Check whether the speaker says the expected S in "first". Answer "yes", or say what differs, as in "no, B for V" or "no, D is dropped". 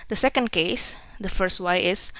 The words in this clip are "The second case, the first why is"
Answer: yes